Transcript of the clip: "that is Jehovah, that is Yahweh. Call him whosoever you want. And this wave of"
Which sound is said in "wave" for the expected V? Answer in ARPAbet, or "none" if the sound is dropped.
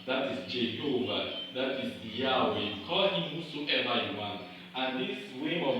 W